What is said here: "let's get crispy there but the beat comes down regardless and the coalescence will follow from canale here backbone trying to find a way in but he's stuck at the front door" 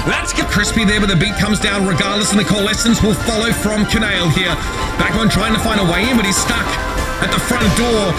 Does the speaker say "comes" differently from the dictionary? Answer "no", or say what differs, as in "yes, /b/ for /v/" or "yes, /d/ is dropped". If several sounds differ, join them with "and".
no